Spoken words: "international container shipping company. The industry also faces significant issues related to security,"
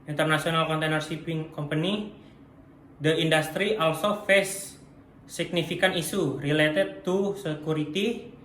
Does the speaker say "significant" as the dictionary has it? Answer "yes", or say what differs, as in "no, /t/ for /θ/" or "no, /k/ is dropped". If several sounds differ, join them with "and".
no, /t/ is dropped